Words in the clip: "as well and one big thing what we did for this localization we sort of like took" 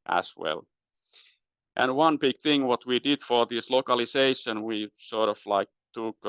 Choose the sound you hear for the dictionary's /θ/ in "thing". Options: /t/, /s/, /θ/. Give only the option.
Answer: /θ/